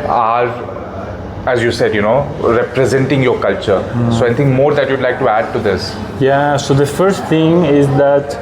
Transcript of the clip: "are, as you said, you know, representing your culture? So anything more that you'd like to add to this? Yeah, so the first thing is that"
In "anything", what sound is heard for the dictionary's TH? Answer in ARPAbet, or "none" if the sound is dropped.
T